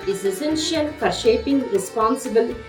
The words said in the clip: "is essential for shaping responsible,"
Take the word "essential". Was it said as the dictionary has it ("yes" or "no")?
no